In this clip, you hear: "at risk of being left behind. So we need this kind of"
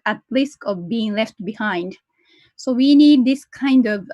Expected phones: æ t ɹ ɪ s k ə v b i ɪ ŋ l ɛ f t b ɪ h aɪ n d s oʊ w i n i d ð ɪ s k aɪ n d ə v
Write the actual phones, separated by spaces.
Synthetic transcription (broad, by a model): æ t l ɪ s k ə v b i ɪ ŋ l ɛ f t b ɪ h aɪ n d s oʊ w i n i d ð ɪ s k aɪ n d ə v